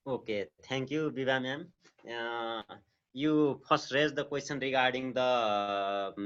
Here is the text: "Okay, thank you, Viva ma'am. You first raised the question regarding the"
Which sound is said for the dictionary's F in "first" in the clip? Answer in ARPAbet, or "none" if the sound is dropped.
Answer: P